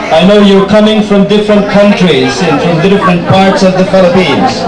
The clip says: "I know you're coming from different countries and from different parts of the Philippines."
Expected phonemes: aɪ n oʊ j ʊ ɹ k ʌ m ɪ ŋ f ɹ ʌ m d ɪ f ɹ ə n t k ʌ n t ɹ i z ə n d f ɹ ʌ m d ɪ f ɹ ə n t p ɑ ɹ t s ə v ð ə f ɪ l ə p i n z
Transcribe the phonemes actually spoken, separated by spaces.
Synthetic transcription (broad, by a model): aɪ n oʊ j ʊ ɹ k ʌ m ɪ ŋ f ɹ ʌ m d ɪ f ɹ ə n t k ʌ n t ɹ i z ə n f ɹ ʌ m d ɪ f ɹ ə n t p ɑ ɹ t s ə v ð ə f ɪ l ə p i n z